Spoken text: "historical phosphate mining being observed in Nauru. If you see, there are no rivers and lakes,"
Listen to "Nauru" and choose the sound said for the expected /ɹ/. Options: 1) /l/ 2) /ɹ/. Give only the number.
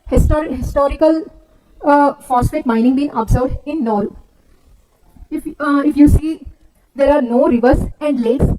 1